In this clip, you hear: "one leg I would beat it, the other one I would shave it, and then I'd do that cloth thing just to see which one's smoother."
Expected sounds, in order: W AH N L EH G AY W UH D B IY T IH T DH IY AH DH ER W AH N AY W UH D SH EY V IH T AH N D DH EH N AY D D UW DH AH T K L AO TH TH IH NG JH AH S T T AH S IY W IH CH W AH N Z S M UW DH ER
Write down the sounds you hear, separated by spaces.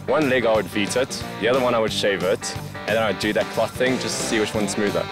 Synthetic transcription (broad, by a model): W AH N L EH G AY W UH D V IY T IH T DH IY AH DH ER W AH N AY W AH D SH EY V IH T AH N DH EH N AY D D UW DH AH T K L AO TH TH IH NG JH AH S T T S IY W IH CH W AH N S M UW DH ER